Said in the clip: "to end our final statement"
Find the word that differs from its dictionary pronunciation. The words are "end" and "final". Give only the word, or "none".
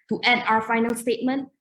end